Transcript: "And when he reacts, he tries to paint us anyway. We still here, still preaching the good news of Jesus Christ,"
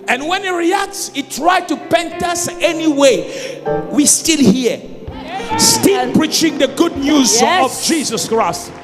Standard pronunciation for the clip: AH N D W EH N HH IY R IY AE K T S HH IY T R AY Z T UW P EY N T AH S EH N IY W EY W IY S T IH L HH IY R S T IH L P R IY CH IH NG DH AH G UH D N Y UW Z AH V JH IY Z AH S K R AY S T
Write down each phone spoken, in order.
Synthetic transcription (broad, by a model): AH N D W EH N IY R IY AE K T S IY T R AY T UW P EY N T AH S EH N IY W EY W IY S T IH L HH IY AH S T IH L P R IY CH IH NG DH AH G UH D N Y UW Z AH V JH IY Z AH S K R AY S T